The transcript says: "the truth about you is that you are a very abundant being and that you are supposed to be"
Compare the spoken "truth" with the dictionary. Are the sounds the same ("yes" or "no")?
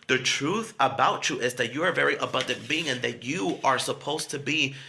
yes